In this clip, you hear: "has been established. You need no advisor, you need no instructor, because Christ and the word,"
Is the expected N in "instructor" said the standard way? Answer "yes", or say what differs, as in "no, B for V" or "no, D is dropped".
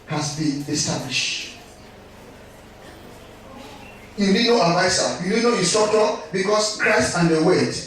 no, N is dropped